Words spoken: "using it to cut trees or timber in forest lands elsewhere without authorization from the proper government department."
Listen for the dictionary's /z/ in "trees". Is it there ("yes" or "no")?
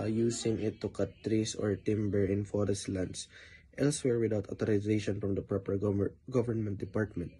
no